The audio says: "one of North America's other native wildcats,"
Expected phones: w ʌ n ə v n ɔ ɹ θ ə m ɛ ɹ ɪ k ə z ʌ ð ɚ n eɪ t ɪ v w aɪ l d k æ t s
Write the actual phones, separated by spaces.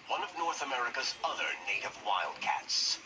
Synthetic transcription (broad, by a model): w ʌ n ə v n ɔ ɹ θ ə m ɛ ɹ ɪ k ə z ʌ ð ɚ n eɪ t ɪ v w aɪ l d k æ t s